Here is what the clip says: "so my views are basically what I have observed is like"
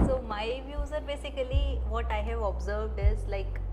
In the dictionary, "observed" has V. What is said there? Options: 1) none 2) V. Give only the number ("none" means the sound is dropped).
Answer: 2